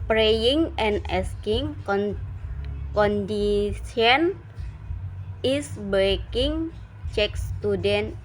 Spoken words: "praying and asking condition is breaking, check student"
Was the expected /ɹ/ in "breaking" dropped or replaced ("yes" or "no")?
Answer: yes